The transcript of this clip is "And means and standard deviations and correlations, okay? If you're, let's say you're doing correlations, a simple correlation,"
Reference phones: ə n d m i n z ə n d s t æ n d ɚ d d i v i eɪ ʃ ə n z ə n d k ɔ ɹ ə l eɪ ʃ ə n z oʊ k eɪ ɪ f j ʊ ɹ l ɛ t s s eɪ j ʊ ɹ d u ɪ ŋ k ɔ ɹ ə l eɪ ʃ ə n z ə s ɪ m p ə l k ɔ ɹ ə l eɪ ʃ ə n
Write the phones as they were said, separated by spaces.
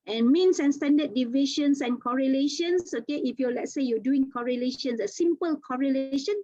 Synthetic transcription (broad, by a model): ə n m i n s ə n s t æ n d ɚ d d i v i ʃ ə n s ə n k ɔ ɹ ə l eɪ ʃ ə n s oʊ k eɪ ɪ f j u l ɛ t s s eɪ j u d u ɪ ŋ k ɔ ɹ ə l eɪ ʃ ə n s ə s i m p ə l k ɔ ɹ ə l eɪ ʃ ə n